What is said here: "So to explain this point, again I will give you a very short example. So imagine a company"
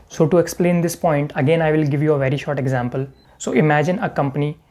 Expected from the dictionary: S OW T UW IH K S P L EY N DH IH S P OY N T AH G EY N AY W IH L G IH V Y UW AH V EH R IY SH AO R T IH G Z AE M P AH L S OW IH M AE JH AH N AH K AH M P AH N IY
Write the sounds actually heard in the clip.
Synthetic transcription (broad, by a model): S OW T UW IH K S P L EY N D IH S P OY N T AH G EY N AY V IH L G IH V Y UW AH V EH R IY SH AO R T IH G Z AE M P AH L S OW IH M AE JH AH N AH K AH M P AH N IY